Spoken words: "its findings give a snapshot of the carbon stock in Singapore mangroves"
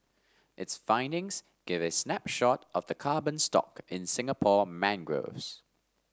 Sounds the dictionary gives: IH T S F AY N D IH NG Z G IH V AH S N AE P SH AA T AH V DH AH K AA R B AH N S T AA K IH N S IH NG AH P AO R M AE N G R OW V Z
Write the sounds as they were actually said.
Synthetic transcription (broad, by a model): IH T S F AY N D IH NG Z G IH V AH S N AE P SH AA T AH V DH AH K AA B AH N S T AA K IH N S IH NG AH P AO M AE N G R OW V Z